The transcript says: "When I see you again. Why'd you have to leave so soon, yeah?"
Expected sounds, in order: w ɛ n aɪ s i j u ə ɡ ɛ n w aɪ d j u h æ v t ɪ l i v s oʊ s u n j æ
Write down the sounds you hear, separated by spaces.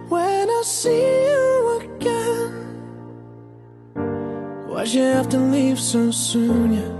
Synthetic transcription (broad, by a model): w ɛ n aɪ s i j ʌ ə ɡ ɛ n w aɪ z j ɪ h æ f t ɪ l i v s oʊ s u n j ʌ